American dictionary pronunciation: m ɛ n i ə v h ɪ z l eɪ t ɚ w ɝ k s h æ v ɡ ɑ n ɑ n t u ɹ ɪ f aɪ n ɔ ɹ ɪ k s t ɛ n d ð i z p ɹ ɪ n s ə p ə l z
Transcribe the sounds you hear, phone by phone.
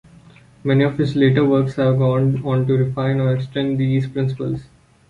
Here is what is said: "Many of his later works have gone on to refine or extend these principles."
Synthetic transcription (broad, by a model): m ɛ n i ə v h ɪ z l eɪ t ɚ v ɝ k s h æ v ɡ ɑ n ɑ n t u ɹ ɪ f aɪ n ɔ ɹ ɪ k s t ɛ n d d i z p ɹ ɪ n s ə p ə l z